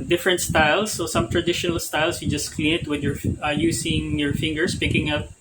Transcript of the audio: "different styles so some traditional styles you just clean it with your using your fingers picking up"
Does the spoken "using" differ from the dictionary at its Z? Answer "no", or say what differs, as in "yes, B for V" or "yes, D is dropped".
yes, S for Z